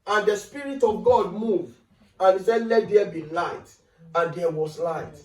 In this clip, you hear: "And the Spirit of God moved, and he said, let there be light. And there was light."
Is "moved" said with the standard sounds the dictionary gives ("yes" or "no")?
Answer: no